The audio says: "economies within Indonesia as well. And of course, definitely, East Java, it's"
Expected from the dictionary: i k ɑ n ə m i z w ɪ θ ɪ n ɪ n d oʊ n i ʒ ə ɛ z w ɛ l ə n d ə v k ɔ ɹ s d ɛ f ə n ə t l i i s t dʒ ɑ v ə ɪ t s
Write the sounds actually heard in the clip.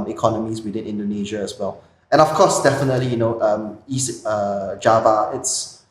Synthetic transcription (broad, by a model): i k ɑ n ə m i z w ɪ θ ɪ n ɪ n d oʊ n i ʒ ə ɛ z w ɛ l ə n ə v k ɔ s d ɛ f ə n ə t l i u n t dʒ ɑ v ə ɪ t s